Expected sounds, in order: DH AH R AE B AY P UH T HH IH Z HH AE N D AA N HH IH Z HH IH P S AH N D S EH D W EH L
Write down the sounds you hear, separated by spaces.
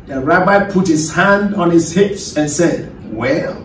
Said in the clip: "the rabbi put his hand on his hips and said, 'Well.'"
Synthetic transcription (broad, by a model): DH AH R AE B AY P UH T HH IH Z HH AE N D AA N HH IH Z HH IH P S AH N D S EH D W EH L